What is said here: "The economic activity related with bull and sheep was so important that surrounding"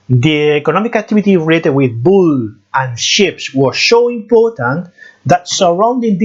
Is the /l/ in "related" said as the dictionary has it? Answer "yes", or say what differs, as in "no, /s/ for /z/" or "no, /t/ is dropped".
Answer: no, /l/ is dropped